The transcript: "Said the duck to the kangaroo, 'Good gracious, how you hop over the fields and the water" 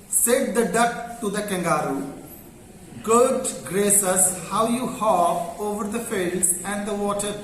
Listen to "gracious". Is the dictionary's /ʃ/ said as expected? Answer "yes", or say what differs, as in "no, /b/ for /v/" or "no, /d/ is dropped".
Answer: no, /s/ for /ʃ/